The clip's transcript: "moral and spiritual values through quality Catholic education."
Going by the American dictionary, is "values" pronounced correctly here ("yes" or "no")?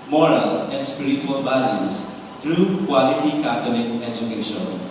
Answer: no